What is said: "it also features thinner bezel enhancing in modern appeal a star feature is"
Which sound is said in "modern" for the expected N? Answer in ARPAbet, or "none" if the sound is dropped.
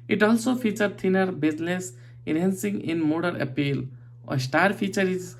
none